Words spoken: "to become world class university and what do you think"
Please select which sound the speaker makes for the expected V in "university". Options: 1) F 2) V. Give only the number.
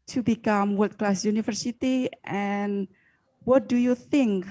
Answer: 1